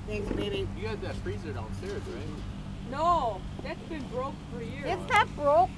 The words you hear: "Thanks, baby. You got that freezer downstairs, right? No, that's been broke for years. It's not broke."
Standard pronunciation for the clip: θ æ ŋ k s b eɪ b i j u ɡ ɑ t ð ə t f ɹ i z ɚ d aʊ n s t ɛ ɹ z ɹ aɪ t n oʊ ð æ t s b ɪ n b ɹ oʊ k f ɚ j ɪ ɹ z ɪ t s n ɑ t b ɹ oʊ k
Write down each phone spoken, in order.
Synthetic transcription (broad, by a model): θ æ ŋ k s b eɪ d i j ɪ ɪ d ð ə t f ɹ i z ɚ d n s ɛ ɹ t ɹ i n oʊ ð æ t s b ɪ n b ɹ oʊ k f ɚ j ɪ ɹ ɪ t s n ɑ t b ɹ oʊ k